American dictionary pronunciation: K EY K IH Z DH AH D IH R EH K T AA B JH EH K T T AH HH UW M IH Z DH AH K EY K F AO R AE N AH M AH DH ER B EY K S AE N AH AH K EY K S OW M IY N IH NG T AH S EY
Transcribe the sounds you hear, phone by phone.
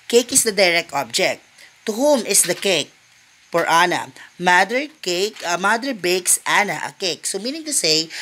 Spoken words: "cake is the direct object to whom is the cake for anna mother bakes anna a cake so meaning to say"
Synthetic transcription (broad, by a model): K EY K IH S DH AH D IH R EH K T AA B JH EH K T T AH HH UW M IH S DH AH K EY K P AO R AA N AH M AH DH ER B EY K S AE N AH AH K EY K S OW M IY N IH NG T AH S EY